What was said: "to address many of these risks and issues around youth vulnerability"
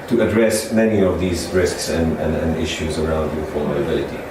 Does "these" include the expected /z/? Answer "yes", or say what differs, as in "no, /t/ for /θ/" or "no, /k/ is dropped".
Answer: yes